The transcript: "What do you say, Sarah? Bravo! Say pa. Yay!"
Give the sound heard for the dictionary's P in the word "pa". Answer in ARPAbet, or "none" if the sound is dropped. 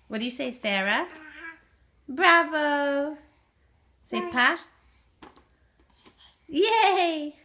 P